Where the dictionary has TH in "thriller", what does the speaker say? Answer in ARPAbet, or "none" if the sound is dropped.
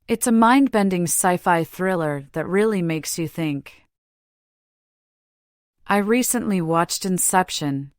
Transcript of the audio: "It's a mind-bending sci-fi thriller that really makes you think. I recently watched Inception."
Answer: TH